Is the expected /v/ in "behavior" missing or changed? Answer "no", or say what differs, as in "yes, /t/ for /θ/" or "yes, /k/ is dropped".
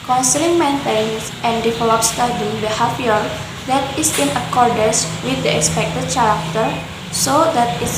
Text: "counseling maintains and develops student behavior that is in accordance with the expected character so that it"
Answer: yes, /f/ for /v/